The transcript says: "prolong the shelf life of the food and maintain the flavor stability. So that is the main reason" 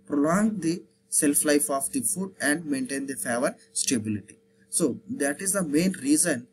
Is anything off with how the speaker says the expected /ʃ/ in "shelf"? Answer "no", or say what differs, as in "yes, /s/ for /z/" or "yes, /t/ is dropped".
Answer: yes, /s/ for /ʃ/